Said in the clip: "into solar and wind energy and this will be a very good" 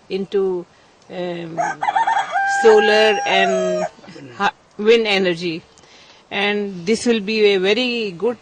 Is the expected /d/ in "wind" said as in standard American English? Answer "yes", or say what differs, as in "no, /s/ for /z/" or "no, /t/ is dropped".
no, /d/ is dropped